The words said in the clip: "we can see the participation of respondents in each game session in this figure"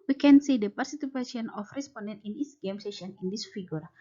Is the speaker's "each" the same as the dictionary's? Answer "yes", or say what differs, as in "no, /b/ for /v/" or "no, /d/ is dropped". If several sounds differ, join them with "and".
no, /s/ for /tʃ/